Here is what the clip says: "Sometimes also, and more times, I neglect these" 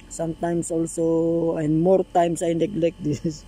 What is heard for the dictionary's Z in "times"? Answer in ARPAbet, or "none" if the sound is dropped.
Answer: S